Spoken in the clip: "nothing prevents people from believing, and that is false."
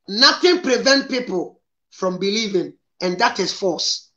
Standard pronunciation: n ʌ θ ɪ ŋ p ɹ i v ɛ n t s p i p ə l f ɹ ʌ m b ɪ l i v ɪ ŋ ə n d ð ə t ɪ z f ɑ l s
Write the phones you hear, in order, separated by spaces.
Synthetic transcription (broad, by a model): n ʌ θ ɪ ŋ p ɹ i v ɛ n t p i p ə l f ɹ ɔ m b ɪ l i v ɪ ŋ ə n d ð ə t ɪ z f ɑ s